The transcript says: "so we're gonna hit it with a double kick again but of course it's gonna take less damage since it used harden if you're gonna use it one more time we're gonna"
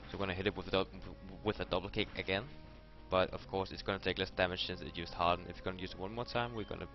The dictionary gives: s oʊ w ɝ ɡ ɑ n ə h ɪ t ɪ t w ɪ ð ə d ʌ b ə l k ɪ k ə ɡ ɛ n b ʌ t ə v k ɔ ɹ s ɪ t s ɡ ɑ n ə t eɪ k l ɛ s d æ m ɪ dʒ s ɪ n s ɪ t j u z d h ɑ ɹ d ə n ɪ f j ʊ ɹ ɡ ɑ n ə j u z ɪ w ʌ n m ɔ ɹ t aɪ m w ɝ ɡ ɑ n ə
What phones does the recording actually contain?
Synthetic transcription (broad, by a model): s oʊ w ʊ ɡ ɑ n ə h ɪ t ɪ t w ɪ ð ə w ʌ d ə l k ɪ k ə ɡ ɛ n b ʌ t ə v k ɔ ɹ s ɪ t s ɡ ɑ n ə t eɪ k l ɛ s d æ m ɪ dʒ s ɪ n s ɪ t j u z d h ɑ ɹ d n ɪ f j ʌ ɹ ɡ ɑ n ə j u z ɪ w ʌ n m ɔ ɹ t aɪ m w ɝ ɡ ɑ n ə